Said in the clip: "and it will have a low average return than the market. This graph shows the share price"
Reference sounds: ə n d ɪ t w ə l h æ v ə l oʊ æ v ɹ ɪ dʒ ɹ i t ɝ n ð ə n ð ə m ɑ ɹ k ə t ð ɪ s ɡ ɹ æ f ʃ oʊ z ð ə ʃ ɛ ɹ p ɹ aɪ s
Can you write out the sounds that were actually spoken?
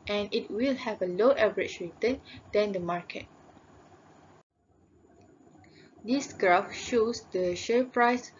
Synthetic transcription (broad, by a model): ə n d ɪ t w ə l h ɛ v ə l oʊ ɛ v ɹ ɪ tʃ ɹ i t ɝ n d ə n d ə m ɑ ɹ k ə t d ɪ s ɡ ɹ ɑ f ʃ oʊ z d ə ʃ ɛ p ɹ aɪ s